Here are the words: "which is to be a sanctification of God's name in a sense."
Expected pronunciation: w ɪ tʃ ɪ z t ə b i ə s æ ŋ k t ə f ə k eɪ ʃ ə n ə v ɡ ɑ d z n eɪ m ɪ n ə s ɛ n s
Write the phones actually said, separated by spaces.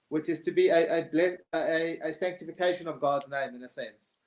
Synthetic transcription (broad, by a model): w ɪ tʃ ɪ z t ə b i ə s æ ŋ k t ə f ə k eɪ ʃ ə n ə v ɡ ɑ d z n eɪ m ɪ n ə s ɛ n s